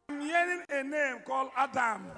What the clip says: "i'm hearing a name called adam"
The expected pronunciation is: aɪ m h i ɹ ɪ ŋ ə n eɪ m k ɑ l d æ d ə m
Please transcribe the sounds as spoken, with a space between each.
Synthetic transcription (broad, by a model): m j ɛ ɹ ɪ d ə n eɪ m k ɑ l ɑ d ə m